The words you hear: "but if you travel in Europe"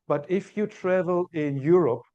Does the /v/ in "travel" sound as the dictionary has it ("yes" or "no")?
yes